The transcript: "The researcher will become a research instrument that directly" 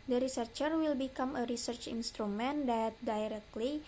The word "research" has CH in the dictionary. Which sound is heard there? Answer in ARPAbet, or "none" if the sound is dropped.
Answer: CH